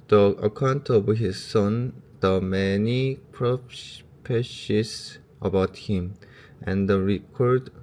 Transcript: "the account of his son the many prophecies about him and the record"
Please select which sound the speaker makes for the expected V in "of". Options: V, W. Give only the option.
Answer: W